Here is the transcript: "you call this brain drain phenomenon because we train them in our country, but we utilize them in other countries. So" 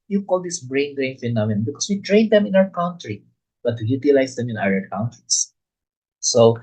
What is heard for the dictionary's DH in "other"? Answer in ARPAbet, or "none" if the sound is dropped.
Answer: none